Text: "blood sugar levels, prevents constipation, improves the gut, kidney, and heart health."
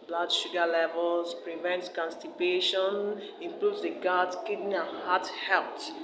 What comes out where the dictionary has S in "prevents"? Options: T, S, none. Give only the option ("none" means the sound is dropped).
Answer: none